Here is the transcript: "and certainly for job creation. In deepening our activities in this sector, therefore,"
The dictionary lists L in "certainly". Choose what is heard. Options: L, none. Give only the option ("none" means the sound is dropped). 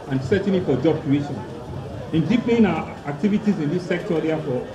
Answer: none